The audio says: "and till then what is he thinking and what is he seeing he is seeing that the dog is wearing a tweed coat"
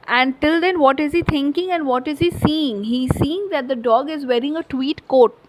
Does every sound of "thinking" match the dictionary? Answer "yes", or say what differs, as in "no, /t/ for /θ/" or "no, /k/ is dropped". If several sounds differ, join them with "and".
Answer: no, /t/ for /θ/